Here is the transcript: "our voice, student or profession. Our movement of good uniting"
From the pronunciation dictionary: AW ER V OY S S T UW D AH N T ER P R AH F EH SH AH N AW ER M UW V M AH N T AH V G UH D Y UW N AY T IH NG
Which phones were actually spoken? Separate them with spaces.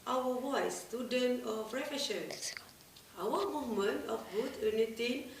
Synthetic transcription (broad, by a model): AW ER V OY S S T UW D AH N T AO F R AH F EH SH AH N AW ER M UW V M AH N T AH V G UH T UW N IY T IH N